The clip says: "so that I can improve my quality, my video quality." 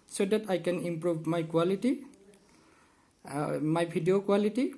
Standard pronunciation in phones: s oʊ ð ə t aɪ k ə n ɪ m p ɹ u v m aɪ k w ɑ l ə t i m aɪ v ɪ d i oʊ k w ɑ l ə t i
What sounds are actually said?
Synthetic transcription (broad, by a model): s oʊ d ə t aɪ k ə n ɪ m p ɹ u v m aɪ k w ɑ l ə t i m aɪ b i d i oʊ k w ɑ l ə t i